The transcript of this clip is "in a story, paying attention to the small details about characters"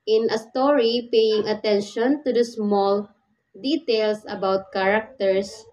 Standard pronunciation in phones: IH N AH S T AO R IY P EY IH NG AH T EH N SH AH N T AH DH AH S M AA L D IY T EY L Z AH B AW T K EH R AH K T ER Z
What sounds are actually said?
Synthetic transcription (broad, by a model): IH N AH S T AO R IY P EY IH NG AH T EH N SH AH N T AH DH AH S M AA L D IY T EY L S AH B AW T K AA R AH K T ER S